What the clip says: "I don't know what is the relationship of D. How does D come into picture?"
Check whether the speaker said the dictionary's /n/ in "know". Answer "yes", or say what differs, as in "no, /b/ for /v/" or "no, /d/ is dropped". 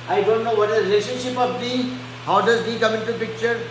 yes